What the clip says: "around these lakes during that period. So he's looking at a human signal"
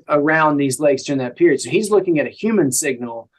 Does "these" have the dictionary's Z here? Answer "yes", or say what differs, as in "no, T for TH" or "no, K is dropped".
yes